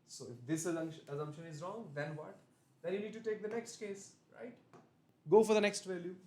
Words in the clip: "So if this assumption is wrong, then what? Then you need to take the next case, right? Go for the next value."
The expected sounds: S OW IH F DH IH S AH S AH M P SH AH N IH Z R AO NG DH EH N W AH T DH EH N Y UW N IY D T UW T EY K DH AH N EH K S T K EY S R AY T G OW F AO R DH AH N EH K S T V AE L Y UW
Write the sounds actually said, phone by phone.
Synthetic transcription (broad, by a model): S OW IH F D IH S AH SH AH M P SH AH N IH Z R AO NG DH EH N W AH T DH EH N Y UW N IY D T UW T EY K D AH N EH K S T K EY S R AY T G OW F AO R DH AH N EH K S T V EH L Y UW